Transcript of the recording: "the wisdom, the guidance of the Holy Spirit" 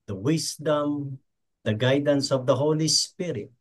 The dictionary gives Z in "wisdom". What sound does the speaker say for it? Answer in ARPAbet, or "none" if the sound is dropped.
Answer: S